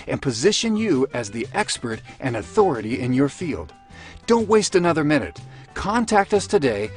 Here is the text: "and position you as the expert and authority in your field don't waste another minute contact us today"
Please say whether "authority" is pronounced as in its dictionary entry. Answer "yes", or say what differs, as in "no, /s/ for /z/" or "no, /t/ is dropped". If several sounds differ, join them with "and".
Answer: yes